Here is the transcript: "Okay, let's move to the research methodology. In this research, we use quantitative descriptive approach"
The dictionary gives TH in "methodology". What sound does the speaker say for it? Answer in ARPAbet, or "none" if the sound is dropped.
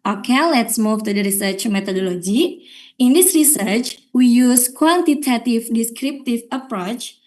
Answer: T